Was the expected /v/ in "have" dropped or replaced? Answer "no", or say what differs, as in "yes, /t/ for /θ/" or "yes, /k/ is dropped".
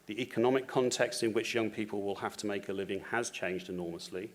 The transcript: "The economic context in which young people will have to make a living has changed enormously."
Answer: yes, /f/ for /v/